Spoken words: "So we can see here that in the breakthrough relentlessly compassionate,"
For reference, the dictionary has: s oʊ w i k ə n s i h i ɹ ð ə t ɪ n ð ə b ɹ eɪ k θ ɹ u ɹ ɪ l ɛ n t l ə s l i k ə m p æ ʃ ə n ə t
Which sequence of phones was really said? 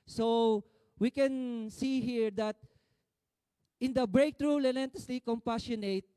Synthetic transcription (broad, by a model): s oʊ w i k ə n s i h i ɹ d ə t ɪ n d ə b ɹ eɪ k t ɹ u l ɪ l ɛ n t ə s l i k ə m p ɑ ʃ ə n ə t